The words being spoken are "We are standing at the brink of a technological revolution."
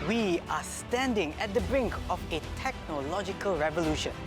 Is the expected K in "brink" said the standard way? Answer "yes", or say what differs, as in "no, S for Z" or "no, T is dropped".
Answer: yes